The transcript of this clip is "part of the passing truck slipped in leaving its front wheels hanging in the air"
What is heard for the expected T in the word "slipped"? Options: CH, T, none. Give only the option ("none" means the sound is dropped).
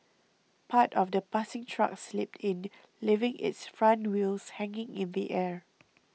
T